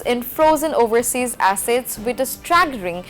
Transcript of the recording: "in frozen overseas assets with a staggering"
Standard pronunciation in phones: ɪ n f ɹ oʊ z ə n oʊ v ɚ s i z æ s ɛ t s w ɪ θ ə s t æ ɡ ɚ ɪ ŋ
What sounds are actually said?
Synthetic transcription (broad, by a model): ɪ n f ɹ oʊ z ə n oʊ v ɚ s i z æ s ɛ t s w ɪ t ə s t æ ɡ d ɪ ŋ